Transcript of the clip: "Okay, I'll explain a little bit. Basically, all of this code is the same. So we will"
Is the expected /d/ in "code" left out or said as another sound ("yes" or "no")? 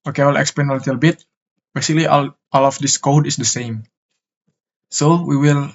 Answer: no